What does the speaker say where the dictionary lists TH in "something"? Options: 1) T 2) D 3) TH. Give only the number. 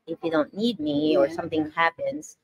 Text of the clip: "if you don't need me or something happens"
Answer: 3